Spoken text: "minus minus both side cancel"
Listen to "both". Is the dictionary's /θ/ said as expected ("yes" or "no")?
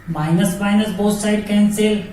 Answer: no